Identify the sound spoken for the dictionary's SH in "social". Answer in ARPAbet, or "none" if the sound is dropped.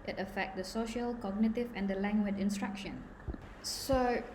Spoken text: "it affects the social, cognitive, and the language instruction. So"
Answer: SH